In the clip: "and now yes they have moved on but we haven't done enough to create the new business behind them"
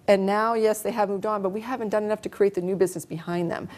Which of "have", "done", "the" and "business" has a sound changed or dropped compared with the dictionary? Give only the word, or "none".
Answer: none